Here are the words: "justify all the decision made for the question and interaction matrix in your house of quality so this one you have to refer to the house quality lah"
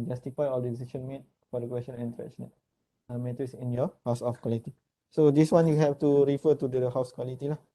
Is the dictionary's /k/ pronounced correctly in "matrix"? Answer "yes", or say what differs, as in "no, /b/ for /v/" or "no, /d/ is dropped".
no, /k/ is dropped